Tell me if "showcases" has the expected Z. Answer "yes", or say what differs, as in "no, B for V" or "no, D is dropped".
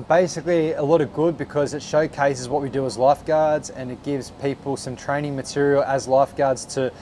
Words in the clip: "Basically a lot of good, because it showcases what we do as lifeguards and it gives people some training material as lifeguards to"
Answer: yes